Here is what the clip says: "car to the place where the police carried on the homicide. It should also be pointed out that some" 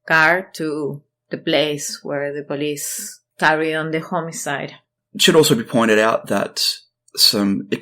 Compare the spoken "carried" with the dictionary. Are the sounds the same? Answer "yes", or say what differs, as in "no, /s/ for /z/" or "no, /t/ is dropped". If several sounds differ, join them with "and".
no, /d/ is dropped